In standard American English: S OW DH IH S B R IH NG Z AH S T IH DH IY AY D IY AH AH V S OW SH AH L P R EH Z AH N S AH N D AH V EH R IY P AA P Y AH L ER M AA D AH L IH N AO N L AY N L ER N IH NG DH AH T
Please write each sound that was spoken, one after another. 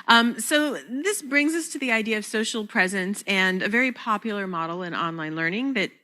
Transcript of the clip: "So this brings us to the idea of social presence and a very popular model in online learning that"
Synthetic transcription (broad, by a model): S OW DH IH S B R IH NG Z AH S T IH DH IY AY D IY AH AH V S OW SH L P R EH Z AH N S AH N AH V EH R IY P AA P Y L ER M AA D L IH N AO N L AY N L ER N IH NG DH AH T